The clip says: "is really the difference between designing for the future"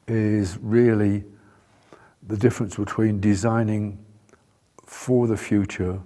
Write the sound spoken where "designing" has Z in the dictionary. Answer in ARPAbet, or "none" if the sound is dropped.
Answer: Z